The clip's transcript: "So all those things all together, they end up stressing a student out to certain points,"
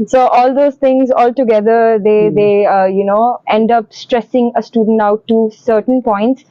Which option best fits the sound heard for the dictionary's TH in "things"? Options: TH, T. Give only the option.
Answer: T